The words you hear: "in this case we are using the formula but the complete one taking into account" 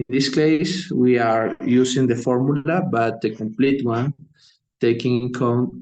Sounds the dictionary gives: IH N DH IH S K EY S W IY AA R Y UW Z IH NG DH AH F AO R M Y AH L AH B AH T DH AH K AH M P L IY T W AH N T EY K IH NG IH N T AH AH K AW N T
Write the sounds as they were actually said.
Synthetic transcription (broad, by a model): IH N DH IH S K EY S W IY AA R Y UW S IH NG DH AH F AO R M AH L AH B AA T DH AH K AH M P L IY T W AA N T EY K IH NG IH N K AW N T